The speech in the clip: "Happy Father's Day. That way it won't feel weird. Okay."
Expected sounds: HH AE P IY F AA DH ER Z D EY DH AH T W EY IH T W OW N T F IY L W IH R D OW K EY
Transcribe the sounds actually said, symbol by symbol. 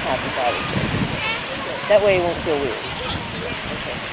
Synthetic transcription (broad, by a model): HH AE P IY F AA IH D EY DH AH T W EY IH T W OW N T F IY L W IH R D OW K EY